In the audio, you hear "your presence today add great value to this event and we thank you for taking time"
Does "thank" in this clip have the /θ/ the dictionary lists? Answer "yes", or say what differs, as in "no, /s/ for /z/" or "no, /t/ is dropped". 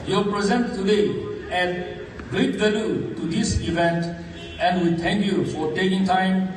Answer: no, /t/ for /θ/